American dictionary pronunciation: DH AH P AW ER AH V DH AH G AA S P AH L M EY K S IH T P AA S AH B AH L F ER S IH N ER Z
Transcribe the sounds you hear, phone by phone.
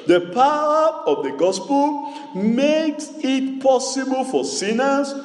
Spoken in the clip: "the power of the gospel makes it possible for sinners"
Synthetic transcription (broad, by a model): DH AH P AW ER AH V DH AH G AA S P AH L M EY K S IH T P AA S AH B AH L F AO S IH N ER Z